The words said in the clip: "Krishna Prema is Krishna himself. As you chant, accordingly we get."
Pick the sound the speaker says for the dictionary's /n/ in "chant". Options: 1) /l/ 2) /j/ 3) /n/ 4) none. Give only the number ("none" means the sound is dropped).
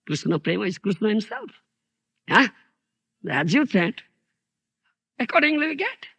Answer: 4